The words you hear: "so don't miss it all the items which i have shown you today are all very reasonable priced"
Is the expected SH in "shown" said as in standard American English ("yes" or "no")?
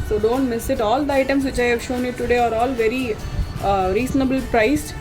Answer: yes